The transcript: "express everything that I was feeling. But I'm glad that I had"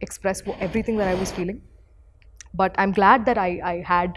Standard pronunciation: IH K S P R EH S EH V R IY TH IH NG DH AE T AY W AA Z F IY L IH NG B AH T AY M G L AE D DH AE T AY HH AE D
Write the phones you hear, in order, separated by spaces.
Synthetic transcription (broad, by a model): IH K S P R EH S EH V R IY T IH NG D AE T AY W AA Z F IY L IH NG B AH T AY M G L AE D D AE T AY HH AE D